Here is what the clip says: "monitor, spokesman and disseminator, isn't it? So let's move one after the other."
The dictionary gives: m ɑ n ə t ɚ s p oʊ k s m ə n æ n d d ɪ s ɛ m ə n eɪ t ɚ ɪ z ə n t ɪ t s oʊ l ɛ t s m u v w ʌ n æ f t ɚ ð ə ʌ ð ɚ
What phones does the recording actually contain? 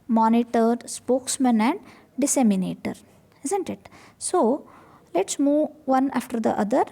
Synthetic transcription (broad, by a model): m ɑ n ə t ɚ s p oʊ k s m ə n æ n d d ɪ s ɛ m ə n eɪ t ɚ ɪ z ə n t ɪ t s oʊ l ɛ t s m u v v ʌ n æ f t ɚ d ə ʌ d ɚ